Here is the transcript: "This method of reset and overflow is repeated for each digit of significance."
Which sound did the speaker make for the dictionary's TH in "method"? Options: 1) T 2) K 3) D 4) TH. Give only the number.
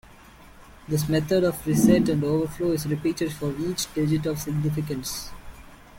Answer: 1